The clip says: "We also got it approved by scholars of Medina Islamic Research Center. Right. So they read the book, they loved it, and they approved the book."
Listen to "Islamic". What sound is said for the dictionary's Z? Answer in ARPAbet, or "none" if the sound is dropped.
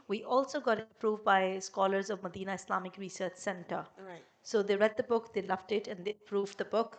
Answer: S